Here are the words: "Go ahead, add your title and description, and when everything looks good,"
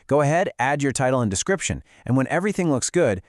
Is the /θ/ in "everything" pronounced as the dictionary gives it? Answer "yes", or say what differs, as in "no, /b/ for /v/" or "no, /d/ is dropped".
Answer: yes